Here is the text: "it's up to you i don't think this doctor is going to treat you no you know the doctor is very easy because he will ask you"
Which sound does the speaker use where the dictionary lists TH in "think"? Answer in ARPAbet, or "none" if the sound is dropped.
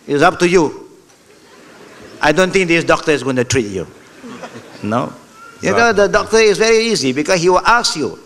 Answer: T